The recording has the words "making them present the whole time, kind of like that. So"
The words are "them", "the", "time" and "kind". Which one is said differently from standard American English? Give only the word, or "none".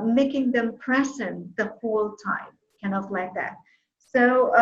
kind